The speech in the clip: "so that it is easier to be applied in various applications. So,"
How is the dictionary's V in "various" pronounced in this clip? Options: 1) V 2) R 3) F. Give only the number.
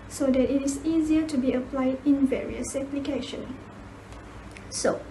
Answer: 1